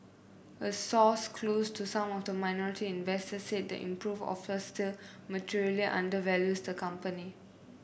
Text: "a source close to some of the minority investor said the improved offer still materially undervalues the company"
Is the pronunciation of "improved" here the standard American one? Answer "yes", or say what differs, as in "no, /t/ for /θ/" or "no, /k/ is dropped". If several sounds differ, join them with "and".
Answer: no, /d/ is dropped